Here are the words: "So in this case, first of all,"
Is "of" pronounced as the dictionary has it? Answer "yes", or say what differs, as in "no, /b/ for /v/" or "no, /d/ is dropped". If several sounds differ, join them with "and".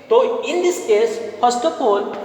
no, /p/ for /v/